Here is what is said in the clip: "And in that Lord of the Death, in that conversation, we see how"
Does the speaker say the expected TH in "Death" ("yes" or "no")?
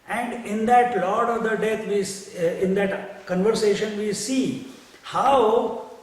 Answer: no